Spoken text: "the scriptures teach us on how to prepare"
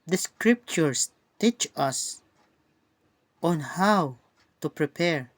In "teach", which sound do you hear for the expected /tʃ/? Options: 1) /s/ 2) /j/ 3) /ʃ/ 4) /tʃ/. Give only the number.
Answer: 4